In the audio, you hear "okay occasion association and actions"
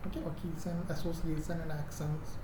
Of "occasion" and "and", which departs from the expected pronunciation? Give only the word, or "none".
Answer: occasion